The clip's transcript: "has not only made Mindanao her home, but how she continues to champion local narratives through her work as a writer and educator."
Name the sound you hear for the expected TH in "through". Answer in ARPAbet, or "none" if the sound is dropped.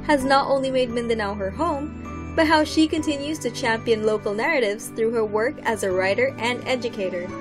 TH